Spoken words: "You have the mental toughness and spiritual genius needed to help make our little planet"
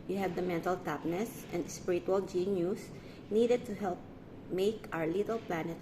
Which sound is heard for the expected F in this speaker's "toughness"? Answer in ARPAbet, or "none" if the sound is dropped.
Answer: P